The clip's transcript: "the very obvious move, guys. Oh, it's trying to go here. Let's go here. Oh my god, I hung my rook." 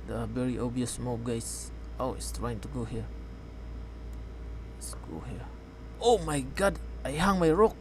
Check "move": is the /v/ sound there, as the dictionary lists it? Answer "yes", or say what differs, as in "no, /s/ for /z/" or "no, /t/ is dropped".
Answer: no, /p/ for /v/